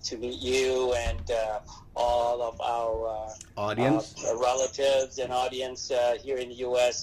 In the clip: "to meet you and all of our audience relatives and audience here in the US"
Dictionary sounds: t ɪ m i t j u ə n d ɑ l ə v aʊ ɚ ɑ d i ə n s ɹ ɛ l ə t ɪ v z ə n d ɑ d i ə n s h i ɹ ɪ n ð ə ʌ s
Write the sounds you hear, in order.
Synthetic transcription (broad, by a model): t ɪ m i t j u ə n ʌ ɑ l ə v aʊ ɚ ɑ d i ə n s ɹ ɛ l ə t ɪ v z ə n ɑ d i ə n s h i ɹ ɪ n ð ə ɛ s